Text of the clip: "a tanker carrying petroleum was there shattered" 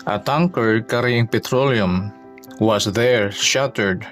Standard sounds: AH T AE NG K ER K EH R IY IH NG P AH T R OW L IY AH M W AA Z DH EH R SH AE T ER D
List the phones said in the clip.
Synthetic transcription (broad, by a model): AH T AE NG K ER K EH R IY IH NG P AH T R OW L IY AH M W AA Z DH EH R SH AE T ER D